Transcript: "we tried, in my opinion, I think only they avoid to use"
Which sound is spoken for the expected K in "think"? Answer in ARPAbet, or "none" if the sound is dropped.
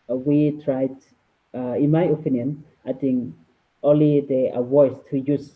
none